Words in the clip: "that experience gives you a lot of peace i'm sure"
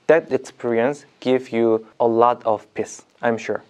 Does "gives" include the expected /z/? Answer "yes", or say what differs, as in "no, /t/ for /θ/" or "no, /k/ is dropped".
no, /z/ is dropped